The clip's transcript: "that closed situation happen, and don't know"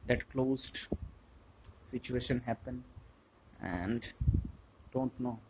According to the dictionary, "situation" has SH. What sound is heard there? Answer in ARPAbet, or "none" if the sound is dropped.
SH